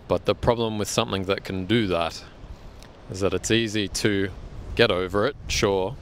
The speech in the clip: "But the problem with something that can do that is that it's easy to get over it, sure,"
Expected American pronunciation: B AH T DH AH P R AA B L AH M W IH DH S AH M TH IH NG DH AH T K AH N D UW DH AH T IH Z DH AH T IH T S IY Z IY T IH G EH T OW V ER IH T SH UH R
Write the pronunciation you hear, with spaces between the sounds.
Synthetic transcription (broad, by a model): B AH T DH AH P R AA B L AH M W IH DH S AH M TH IH NG DH AH T K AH N D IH DH AH T IH Z DH AH T IH T S IY Z IY T IH G EH T OW V ER IH T SH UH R